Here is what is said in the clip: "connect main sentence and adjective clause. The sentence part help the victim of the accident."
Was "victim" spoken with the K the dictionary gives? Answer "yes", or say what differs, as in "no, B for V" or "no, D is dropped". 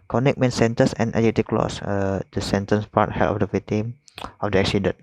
no, K is dropped